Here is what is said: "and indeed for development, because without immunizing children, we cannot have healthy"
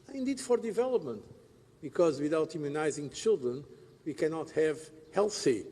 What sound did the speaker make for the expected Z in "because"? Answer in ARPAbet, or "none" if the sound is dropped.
Z